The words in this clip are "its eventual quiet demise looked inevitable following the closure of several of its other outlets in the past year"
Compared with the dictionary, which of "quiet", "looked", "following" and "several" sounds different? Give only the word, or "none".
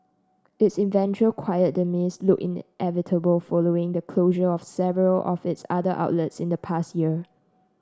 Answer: looked